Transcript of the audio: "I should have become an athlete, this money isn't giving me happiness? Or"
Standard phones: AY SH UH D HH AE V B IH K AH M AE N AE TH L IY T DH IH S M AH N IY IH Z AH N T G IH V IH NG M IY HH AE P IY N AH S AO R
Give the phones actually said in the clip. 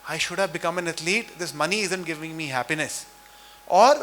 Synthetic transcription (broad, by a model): AY SH UH D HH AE V B IH K AH M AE N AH T L IY T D IH S M AH N IY IH Z AH N T G IH V IH NG M IY HH AE P IY N AH S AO R